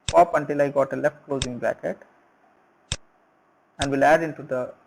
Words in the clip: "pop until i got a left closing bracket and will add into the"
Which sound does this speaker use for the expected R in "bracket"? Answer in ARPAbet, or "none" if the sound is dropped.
none